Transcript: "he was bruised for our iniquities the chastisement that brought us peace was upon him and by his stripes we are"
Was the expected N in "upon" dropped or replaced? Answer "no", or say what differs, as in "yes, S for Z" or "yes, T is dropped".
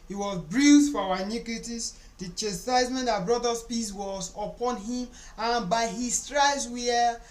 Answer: no